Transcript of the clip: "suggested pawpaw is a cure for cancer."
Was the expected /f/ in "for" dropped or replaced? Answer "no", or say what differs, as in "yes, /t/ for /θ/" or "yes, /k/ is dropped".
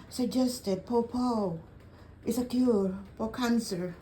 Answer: yes, /p/ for /f/